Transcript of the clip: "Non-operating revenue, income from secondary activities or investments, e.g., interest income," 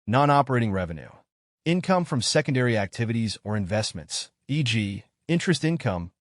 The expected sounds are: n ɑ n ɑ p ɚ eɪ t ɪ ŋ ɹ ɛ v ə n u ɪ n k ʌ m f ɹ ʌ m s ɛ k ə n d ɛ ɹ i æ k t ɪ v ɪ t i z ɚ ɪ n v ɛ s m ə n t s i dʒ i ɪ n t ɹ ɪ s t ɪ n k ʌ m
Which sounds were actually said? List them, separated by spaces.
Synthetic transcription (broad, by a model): n ɑ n ɑ p ɚ eɪ t ɪ ŋ ɹ ɛ v ə n u ɪ n k ʌ m f ɹ ʌ m s ɛ k ə n d ɛ ɹ i æ k t ɪ v ɪ t i z ɚ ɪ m v ɛ s m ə n t s i dʒ i ɪ n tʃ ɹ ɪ s t ɪ n k ʌ m